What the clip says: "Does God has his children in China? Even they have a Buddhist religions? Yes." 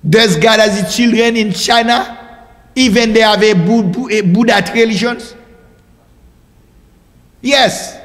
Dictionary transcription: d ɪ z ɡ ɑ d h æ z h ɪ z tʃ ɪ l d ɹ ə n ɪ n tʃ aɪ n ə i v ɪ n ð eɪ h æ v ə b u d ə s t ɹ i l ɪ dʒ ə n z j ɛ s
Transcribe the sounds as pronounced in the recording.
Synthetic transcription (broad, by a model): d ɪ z ɡ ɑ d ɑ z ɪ tʃ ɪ l d ɹ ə n ɪ n tʃ aɪ n ə i v ɪ n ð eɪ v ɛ b ə b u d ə t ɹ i l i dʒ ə n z j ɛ s